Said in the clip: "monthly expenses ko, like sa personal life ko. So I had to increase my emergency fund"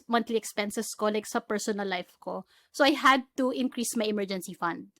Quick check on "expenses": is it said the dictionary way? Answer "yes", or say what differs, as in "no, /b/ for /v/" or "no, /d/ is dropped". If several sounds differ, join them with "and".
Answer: no, /s/ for /z/